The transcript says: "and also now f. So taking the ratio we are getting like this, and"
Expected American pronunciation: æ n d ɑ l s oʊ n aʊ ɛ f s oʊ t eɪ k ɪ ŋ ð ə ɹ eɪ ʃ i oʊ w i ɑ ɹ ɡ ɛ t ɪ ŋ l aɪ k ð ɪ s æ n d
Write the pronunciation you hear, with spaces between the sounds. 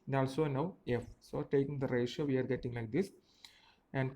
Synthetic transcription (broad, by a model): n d ɑ l s oʊ n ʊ ɛ f s oʊ t eɪ k ɪ ŋ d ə ɹ eɪ ʃ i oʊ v i ɑ ɹ ɡ ɛ t ɪ ŋ l aɪ k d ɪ s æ n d